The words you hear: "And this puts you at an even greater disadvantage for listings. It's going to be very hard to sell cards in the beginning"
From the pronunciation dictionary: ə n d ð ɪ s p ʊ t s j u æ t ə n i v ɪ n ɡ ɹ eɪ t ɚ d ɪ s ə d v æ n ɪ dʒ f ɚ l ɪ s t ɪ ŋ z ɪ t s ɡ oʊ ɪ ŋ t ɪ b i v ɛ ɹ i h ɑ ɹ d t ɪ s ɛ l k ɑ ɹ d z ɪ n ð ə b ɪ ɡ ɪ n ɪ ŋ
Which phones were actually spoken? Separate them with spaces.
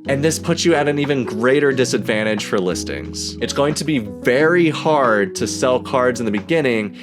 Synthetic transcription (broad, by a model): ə n ð ɪ s p ʊ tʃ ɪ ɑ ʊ t ə n i v ɪ n ɡ ɹ eɪ t ɚ d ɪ s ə d v æ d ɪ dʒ f ɚ l ɪ s t ɪ ŋ z ɪ t s ɡ oʊ ɪ ŋ t ɪ b i v ɛ ɹ i h ɑ ɹ d t ɪ s ɛ l k ɑ ɹ d z ɪ n ð ə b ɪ ɡ ɪ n ɪ ŋ